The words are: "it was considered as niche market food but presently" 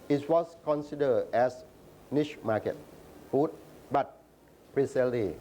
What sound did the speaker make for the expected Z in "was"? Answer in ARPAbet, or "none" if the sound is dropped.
S